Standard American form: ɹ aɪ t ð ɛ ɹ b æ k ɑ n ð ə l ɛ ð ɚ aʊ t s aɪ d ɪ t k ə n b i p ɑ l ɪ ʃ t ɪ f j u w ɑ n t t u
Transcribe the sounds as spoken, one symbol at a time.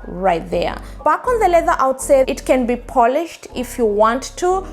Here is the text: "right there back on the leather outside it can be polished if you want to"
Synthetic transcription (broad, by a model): ɹ aɪ t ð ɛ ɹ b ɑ k ɑ n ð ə l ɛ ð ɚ aʊ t s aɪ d ɪ t k ə n b i p ɑ l ɪ ʃ t ɪ f j u w ɑ n t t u